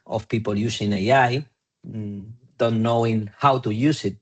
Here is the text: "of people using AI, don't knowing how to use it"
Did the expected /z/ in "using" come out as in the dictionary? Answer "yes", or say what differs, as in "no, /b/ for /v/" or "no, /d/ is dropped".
no, /s/ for /z/